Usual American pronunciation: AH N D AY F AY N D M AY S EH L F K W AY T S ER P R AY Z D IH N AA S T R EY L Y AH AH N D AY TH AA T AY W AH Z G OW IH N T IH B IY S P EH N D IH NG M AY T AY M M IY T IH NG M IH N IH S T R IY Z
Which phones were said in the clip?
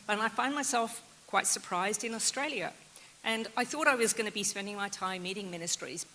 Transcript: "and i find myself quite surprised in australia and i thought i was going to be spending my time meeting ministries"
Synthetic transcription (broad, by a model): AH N AY F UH N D M AY S EH L F K W AY T S ER P R AY Z D IH N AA S T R EY L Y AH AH N AY TH AA T AY W AH Z G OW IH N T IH B IY S P EH N D IH NG M AY T AY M M IY T IH NG M IH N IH S T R IY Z